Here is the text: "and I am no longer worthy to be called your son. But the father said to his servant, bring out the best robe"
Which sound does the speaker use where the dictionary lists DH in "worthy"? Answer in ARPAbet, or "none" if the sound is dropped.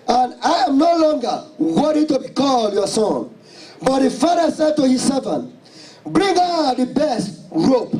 none